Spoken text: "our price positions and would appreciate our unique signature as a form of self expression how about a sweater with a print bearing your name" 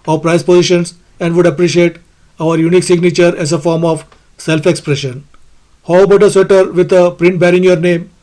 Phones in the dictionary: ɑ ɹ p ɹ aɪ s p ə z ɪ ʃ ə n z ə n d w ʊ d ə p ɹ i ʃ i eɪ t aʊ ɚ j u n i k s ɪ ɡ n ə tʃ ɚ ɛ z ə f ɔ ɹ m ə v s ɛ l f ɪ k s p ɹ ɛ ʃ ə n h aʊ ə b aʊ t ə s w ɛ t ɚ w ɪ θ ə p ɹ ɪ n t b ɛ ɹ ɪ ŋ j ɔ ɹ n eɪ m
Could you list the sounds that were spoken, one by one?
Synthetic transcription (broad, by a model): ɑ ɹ p ɹ aɪ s p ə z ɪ ʃ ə n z ə n d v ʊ d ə p ɹ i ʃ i eɪ t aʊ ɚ j u n i k s ɪ ɡ n ə tʃ ɚ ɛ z ə f ɔ ɹ m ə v s ɛ l f ɪ k s p ɹ ɛ ʃ ə n h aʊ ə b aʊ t ə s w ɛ t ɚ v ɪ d ə p ɹ ɪ n t b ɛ ɹ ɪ ŋ j ɔ ɹ n eɪ m